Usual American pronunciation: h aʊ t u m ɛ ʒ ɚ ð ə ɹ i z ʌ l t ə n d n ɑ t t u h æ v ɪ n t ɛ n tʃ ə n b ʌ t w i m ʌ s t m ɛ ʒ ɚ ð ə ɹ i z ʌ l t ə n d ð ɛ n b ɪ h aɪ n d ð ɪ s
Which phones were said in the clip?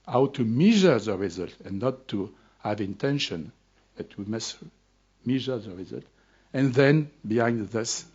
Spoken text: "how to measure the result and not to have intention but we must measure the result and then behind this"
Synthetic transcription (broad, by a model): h aʊ t u m ɛ ʒ ɚ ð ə ɹ i z ʌ l t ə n n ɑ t t u h æ v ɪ n t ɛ n ʃ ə n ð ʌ t w i m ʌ s t m ɛ ʒ ɚ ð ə ɹ i z ʌ l t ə n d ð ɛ n b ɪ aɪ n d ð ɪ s